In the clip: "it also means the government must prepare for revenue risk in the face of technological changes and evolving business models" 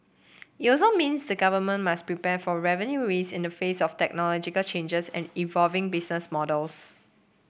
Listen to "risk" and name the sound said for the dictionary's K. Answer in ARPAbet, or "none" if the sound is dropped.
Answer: none